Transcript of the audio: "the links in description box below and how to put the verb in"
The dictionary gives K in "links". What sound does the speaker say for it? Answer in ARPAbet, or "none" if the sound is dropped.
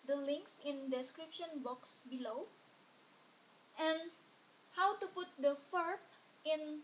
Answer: K